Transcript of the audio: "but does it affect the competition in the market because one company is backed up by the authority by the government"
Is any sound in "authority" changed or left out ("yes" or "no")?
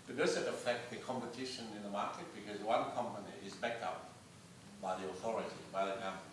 no